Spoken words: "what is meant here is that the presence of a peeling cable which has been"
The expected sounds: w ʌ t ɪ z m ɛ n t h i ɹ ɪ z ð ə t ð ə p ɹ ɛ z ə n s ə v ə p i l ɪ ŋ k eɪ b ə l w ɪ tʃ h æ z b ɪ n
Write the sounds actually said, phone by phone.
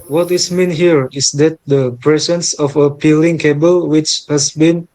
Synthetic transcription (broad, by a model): w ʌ t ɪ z m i n h i ɹ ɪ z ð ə t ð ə p ɹ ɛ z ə n s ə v ə p i l ɪ ŋ k eɪ b ə l w ɪ tʃ h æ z b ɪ n